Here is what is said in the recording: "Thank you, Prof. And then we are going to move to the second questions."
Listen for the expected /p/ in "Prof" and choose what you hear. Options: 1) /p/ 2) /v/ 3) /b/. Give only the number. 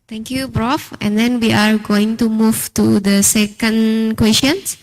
3